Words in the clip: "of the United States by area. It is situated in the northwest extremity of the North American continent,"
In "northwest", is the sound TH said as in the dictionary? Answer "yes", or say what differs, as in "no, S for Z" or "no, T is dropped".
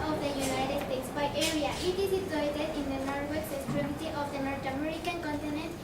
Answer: no, T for TH